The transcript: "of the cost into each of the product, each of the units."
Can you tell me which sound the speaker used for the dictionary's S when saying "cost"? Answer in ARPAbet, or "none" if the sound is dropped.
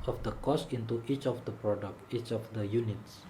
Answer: S